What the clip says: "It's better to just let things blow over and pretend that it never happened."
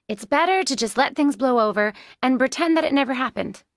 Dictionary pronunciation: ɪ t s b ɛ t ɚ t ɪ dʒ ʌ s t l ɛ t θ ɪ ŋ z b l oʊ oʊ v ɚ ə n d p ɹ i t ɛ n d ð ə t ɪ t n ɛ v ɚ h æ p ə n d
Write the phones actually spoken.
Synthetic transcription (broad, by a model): ɪ t s b ɛ t ɚ t ɪ dʒ ʌ s t l ɛ t θ ɪ ŋ z b l oʊ oʊ v ɚ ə n p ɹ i t ɛ n ð ə t ɪ t n ɛ v ɚ h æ p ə n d